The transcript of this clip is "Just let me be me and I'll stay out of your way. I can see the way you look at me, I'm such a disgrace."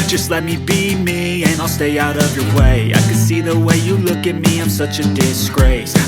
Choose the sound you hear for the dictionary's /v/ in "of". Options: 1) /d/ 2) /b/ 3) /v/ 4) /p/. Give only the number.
3